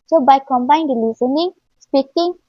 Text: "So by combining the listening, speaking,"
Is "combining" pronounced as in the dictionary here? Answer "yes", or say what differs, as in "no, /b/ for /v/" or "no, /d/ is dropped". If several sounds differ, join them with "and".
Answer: no, /n/ is dropped